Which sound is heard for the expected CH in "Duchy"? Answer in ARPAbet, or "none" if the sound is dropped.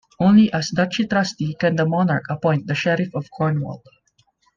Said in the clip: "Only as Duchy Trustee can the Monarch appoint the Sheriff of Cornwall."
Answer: CH